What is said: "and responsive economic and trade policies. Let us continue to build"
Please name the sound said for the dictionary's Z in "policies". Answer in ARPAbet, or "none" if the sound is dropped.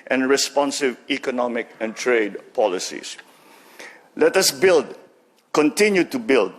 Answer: S